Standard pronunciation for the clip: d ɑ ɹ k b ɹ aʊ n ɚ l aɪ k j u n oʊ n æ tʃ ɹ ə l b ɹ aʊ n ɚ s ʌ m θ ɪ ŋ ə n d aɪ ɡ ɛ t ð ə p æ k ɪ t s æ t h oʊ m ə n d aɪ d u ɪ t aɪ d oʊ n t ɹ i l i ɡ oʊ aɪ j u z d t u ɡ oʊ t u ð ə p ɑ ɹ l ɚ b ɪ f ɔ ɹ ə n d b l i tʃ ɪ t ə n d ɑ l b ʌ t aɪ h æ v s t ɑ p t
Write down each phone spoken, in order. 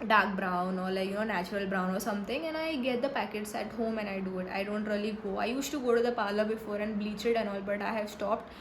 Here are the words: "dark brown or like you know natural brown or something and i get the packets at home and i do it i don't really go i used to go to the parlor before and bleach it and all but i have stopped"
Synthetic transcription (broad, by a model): d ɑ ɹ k b ɹ aʊ n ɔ l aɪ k j u n oʊ n æ tʃ ɹ ə l b ɹ aʊ n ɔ s ʌ m t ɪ ŋ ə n aɪ ɡ ɛ t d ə p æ k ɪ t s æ t h oʊ m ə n aɪ d u ɪ t aɪ d oʊ n t ɹ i l i ɡ oʊ aɪ j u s t u ɡ oʊ t u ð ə p ɑ l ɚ b ɪ f ɔ ɹ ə n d b l i tʃ ɪ t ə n ɑ l b ʌ t aɪ h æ v s t ɑ p t